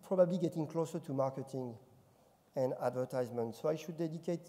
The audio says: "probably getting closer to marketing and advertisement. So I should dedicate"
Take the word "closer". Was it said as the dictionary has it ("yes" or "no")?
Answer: yes